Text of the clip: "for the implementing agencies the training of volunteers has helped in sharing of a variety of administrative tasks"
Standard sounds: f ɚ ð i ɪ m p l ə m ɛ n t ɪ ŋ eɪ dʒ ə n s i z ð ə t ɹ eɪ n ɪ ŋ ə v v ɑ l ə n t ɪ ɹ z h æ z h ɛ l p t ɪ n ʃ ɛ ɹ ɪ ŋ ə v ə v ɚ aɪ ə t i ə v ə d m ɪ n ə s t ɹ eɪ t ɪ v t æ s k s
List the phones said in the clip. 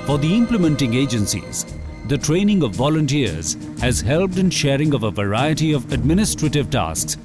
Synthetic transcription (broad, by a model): f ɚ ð i ɪ m p l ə m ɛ n t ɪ ŋ eɪ dʒ ə n s i z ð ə t ɹ eɪ n ɪ ŋ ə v v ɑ l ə n t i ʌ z h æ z h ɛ l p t ɪ n ʃ ɛ ɹ ɪ ŋ ə v ə v ɚ aɪ ə t i ə v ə d m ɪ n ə s t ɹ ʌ t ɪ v t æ s k s